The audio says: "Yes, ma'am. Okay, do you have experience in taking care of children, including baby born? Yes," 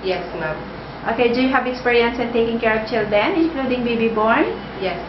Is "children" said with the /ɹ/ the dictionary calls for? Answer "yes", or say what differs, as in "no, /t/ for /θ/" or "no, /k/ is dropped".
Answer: no, /ɹ/ is dropped